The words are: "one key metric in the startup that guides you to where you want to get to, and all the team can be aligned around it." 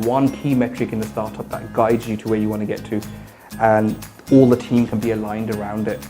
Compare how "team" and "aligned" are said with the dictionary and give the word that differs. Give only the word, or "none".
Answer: none